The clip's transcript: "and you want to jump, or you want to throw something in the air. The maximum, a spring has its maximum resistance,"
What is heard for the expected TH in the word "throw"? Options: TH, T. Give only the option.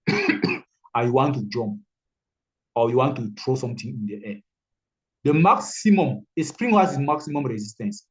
T